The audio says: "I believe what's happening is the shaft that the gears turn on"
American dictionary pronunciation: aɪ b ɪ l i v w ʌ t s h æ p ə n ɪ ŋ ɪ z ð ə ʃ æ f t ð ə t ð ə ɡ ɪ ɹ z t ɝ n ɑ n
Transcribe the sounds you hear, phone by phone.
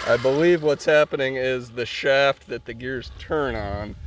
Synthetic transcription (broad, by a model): aɪ b ɪ l i v w ʌ t s h æ p ə n ɪ ŋ ɪ z ð ə ʃ æ f t ð ə t ð ə ɡ ɪ ɹ z t ɝ n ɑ n